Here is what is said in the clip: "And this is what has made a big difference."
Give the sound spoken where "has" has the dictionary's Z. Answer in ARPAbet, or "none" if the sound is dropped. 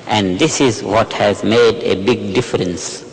Z